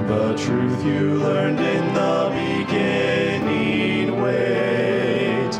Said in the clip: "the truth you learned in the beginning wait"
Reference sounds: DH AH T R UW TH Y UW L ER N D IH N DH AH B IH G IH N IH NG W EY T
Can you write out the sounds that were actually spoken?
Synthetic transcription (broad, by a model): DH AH T R UW TH Y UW L ER N D IH N DH AH B IH G IH N IH NG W EY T